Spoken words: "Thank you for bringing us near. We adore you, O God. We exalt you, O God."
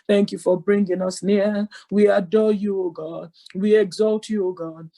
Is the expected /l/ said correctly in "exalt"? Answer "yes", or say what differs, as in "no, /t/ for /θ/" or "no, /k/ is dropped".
yes